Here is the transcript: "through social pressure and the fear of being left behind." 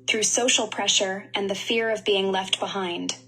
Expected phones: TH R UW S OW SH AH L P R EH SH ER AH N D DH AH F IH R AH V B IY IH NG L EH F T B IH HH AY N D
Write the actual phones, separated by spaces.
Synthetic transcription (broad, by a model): TH R UW S OW SH L P R EH SH ER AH N DH AH F IH R AH V B IY IH NG L EH F T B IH HH AY N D